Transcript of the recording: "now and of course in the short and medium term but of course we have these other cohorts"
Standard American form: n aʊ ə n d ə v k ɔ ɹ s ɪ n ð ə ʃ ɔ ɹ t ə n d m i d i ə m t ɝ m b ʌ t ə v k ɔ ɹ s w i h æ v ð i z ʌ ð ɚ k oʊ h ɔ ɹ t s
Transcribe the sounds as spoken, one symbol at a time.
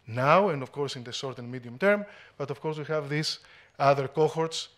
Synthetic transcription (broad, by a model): n aʊ ə n d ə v k ɔ ɹ s ɪ n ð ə s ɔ ɹ t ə n m i d i ə m t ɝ m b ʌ t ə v k ɔ ɹ s w i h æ v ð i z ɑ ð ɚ k oʊ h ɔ ɹ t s